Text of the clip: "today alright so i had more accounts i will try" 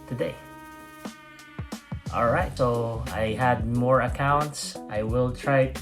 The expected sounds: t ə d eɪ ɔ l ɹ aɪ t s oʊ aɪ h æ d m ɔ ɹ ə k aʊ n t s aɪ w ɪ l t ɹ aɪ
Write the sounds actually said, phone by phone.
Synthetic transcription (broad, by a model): t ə d eɪ ɔ l ɹ aɪ t s oʊ aɪ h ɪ d m ɔ ɹ ə k aʊ n t s aɪ w ɪ l t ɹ aɪ